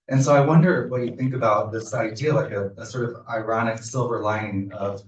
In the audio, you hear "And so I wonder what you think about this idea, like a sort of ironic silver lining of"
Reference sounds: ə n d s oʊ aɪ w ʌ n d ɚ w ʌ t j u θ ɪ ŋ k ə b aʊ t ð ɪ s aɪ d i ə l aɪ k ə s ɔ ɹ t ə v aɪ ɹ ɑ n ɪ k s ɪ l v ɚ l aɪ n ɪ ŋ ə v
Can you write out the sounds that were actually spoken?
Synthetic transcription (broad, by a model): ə n s oʊ aɪ w ʌ n d ɚ w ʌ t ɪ θ ɪ ŋ k ə b aʊ t ð ɪ s aɪ d i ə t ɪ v ə s ɔ ɹ t ə v aɪ ɹ ɑ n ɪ k s ɪ l v ɚ l aɪ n ə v